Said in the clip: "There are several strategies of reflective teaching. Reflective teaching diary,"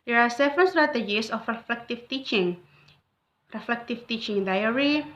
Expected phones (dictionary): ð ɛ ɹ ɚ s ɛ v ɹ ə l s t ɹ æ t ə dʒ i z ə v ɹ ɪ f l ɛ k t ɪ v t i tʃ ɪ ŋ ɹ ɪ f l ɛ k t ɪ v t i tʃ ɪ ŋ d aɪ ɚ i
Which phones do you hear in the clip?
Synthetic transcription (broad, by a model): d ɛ ɹ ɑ s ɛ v ɹ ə n s t ɹ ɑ t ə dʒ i s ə f ɹ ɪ f l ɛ k t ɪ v t i tʃ ɪ ŋ ɹ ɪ f l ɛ k t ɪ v t i tʃ ɪ ŋ d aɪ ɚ i